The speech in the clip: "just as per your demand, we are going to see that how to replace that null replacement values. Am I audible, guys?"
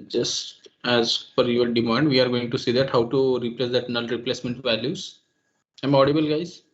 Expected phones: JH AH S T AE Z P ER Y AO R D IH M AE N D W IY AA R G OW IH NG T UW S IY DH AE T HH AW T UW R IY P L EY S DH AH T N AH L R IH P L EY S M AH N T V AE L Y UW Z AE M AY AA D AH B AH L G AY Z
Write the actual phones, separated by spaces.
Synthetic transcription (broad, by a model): JH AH S T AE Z F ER Y AO R D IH M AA N D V IY AA R G OW IH NG T UW S IY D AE T HH AW T UW R IY P L EY S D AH T N AH L R IH P L EY S M AH N T V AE L Y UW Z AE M AA D AH B AH L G AY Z